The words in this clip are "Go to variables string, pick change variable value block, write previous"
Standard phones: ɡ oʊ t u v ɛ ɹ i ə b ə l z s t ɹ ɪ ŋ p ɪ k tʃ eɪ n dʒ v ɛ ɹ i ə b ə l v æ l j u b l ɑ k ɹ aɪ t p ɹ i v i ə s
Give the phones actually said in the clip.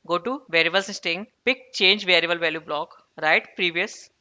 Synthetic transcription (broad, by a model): ɡ oʊ t u v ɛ ɹ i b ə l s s t ɪ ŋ p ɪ k tʃ eɪ n dʒ v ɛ ɹ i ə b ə l v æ l j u b l ɑ k ɹ aɪ t p ɹ i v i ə s